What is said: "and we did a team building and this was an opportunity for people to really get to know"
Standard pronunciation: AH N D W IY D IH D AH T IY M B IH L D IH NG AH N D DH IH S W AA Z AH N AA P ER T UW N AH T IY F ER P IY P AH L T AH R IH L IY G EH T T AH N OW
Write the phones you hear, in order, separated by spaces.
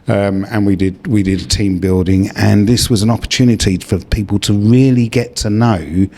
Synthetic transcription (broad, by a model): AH N D W IY D IH D AH T IY M B IH L D IH NG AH N DH IH S W AA Z AH N AA P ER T UW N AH T IY F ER P IY P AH L T AH R IH L IY G EH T T AH N OW